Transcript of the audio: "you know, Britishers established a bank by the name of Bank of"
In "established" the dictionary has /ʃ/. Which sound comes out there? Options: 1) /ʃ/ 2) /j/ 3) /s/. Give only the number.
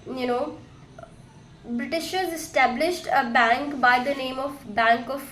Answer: 1